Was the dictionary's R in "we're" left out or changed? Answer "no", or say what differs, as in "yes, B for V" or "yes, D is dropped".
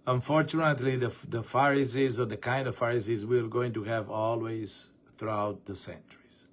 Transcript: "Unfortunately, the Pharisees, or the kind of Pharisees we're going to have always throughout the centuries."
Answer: yes, L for R